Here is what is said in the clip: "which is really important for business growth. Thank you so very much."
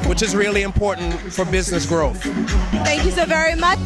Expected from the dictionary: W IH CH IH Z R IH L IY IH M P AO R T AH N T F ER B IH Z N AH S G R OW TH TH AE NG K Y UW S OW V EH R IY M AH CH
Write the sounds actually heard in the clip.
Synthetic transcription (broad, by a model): W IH CH IH Z R IH L IY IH M P AO R T N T F ER B IH Z N AH S G R OW TH TH AE NG K Y UW S OW V EH R IY M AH